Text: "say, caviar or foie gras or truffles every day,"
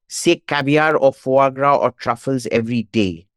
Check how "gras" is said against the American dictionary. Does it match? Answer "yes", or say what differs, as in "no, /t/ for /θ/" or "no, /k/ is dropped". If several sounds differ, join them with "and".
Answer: yes